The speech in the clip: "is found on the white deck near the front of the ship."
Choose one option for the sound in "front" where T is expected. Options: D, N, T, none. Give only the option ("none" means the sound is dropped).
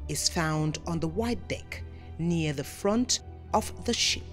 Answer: T